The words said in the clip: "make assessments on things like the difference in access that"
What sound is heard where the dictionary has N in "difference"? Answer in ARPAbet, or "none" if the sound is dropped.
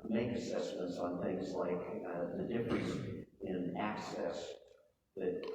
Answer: none